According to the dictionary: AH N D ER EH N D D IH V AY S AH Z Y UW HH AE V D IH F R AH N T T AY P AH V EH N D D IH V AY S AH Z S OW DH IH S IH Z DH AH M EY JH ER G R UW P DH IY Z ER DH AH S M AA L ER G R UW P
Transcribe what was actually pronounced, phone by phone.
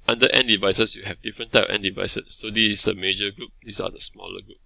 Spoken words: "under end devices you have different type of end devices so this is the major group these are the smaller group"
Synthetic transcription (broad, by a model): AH N D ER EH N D D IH V AY S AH S Y UW HH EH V D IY F R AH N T T AY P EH N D D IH V AY S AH S OW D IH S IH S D AH M EY JH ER G R UW P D IY S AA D AH S M AA L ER G R UW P